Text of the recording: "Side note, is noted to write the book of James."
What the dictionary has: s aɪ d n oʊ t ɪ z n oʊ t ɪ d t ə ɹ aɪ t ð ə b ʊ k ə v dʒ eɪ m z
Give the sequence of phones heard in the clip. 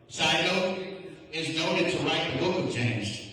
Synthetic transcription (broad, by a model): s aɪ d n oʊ ɪ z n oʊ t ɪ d t ə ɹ aɪ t ð ə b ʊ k ə v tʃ eɪ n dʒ